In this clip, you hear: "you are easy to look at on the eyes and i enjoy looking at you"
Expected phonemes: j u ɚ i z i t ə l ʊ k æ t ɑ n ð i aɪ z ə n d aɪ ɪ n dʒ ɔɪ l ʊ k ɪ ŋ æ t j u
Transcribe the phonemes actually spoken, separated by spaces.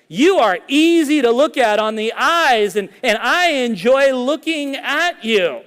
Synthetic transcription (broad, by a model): j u ɚ i z i t ə l ʊ k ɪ t n ð i aɪ z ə n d aɪ ɪ n dʒ ɔɪ l ʊ k ɪ ŋ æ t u